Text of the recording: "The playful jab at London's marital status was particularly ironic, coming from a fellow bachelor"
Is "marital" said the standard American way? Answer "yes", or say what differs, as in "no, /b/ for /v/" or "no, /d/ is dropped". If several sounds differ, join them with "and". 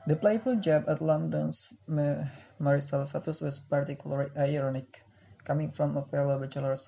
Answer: no, /s/ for /t/